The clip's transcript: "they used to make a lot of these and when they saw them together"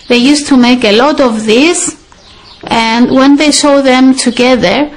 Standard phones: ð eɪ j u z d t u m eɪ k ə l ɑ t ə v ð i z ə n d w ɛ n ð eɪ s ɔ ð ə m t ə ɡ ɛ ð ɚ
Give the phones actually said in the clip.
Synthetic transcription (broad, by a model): ð eɪ j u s t u m eɪ k ə l ɑ t ə v ð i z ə n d w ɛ n ð eɪ ʃ ɔ ð ə m t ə ɡ ɛ ð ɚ